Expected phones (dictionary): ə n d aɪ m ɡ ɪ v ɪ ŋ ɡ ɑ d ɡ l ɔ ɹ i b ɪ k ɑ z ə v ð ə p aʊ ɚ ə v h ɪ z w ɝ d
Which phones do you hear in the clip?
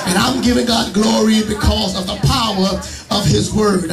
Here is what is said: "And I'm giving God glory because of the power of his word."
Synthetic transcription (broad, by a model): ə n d aɪ m ɡ ɪ v ɪ ŋ ɡ ɑ d ɡ l ɔ ɹ i b ɪ k ɑ z ə v ð ə p aʊ ɚ ə v ɪ z w ɝ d